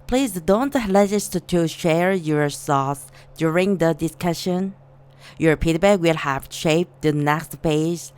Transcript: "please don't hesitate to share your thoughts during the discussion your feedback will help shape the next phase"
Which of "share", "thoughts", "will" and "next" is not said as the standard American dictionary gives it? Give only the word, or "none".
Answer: thoughts